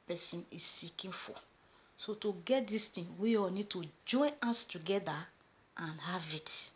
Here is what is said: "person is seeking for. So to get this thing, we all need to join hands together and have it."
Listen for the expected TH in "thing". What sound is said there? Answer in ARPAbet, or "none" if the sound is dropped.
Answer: T